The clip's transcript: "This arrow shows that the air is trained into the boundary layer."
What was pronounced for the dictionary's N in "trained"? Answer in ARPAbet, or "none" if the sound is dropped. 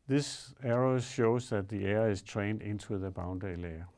N